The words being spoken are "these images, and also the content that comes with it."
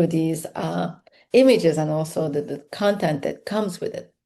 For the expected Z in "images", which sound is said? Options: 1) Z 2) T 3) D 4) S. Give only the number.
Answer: 1